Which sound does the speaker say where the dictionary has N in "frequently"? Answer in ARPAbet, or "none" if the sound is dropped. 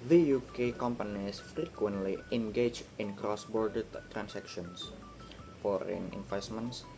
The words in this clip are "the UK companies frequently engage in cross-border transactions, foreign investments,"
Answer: N